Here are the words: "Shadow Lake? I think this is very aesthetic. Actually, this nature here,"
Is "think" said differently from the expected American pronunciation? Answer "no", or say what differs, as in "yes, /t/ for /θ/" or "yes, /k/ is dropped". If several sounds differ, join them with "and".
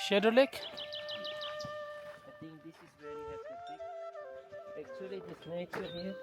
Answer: yes, /t/ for /θ/